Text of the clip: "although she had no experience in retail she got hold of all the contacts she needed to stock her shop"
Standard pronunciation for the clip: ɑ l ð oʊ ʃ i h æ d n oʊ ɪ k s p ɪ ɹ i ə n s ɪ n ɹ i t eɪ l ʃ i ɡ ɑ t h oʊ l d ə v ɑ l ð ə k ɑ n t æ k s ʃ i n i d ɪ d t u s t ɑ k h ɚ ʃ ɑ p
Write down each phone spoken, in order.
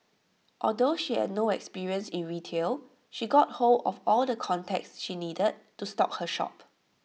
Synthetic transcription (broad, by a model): ɑ l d oʊ ʃ i h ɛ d n oʊ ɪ k s p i ɹ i ə n s ɪ n ɹ i t eɪ l ʃ i ɡ ɑ t h oʊ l ə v ɑ l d ə k ɑ n t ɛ k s ʃ i n i d ɪ d t u s t ɑ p h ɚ ʃ ɑ p